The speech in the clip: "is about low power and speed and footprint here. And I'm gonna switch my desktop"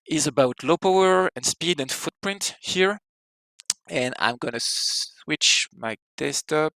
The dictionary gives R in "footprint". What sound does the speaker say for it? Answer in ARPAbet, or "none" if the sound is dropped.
R